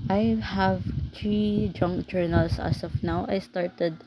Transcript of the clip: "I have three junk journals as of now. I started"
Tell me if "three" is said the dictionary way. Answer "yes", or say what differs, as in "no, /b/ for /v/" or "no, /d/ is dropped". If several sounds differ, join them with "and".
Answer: no, /t/ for /θ/